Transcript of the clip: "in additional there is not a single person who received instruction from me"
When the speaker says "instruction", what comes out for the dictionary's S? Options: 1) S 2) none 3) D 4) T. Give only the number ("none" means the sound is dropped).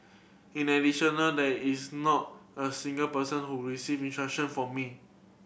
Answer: 2